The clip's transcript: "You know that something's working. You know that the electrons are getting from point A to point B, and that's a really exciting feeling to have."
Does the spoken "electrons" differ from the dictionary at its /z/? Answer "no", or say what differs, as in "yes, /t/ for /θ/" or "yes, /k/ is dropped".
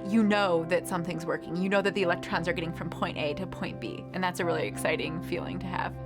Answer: no